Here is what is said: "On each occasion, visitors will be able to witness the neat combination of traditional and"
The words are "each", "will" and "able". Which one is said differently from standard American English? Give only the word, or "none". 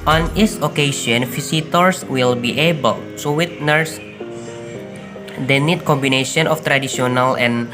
each